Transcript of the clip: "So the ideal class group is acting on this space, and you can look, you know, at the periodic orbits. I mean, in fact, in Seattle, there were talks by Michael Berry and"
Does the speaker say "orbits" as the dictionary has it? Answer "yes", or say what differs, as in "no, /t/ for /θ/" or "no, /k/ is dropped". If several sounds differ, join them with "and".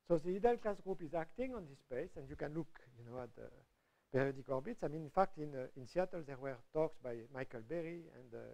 yes